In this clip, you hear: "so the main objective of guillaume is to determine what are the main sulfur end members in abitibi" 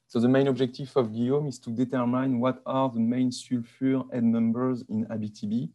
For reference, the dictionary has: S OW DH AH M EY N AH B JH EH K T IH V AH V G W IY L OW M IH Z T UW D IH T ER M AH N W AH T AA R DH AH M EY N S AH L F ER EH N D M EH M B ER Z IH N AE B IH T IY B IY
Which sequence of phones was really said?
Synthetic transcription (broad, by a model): S OW DH AH M EY N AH B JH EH K T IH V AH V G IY OW M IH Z T UW D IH T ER M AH N W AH T AA R DH AH M EY N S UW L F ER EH D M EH M B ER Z IH N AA B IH T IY B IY